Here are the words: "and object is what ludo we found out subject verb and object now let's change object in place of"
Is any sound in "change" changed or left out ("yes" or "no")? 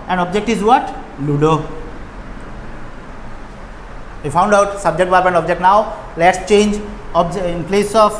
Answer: no